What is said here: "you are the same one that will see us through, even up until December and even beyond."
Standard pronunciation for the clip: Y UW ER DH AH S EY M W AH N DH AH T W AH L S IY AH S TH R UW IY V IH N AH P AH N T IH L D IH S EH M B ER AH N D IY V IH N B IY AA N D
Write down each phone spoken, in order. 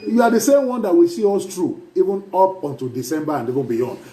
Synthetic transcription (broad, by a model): Y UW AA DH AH S EY M W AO N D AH T W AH S IY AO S T R UW IY V IH N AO P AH N T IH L D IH S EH M B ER AH N D IY V IH N B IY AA N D